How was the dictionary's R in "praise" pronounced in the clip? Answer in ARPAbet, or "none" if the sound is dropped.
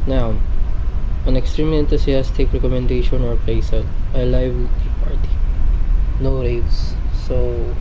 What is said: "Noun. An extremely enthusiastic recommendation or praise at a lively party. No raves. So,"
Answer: none